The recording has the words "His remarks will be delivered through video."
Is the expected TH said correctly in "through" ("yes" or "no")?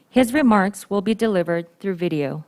yes